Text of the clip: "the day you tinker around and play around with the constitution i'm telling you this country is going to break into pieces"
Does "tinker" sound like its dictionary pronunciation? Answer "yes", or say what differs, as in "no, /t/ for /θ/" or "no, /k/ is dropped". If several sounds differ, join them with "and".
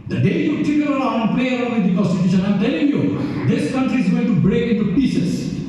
no, /ŋ/ is dropped